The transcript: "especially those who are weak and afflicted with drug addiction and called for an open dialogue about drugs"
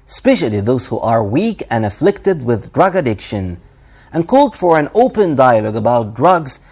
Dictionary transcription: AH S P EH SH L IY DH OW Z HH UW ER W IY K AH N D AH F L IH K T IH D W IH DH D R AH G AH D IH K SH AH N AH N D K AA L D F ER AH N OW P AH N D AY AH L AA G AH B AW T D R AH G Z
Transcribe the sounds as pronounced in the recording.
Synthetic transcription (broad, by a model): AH S P EH SH L IY DH OW Z HH UW ER W IY K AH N AH F L IH K T IH D W IH DH D R AH G AH D IH K SH AH N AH N K AA L D F ER AH N OW P AH N D AY AH L AA G AH B AW T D R AH G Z